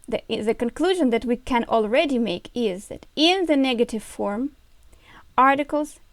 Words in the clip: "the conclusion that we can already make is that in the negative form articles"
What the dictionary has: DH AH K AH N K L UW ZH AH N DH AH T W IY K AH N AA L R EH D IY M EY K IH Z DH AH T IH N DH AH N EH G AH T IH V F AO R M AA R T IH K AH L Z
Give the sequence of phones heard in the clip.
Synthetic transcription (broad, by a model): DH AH K AH N K L UW ZH AH N DH AH T W IY K AH N AA L R EH D IY M EY K IH Z DH AH T IH N DH AH N EH G AH T IH V F AO R M AA R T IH K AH L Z